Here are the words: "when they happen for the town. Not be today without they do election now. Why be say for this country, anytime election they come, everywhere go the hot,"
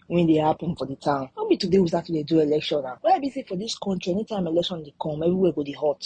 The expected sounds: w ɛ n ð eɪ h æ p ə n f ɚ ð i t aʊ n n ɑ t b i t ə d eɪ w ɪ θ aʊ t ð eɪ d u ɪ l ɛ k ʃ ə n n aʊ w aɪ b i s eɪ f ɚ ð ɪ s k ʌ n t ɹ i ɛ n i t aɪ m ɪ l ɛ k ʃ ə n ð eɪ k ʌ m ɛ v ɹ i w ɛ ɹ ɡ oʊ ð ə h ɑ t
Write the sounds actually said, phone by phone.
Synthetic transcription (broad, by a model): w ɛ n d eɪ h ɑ p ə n f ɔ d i t aʊ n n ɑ b i t ə d eɪ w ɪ s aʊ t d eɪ d u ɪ l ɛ k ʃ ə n n aʊ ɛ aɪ b i s eɪ f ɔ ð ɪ s k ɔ n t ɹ i ɛ n i t aɪ m ɪ l ɛ k ʃ ə n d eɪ k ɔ m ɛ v ɹ i w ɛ ɡ oʊ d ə h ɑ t